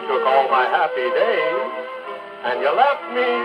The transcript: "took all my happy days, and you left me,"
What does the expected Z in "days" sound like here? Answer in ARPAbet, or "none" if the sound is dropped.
none